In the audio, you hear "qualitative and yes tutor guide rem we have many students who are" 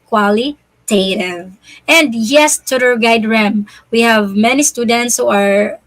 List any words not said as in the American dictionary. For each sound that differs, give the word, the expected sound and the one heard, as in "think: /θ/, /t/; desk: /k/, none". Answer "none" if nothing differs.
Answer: none